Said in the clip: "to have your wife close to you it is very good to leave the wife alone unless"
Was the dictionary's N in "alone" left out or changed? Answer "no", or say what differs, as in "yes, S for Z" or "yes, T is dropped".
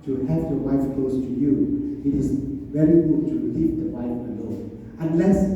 yes, N is dropped